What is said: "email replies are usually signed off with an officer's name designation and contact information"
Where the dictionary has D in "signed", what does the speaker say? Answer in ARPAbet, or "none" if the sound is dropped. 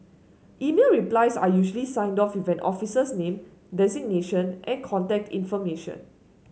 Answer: D